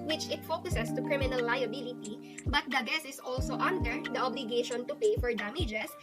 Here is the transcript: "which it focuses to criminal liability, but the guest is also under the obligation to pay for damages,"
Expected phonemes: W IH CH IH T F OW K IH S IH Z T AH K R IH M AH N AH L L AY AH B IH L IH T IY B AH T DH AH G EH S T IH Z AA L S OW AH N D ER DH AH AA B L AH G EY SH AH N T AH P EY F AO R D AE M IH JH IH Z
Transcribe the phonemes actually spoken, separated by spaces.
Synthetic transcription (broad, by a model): W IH CH IH T F OW K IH S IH S T AH K R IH M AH N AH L L AY AH B IH L IH T IY B AH T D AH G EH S IH S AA L S OW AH N D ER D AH AA B L AH G EY SH AH N T AH P EY F AO R D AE M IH JH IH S